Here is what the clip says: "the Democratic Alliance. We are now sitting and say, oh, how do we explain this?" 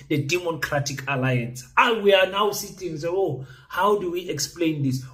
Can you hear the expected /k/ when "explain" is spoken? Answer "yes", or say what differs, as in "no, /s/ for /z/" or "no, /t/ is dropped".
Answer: yes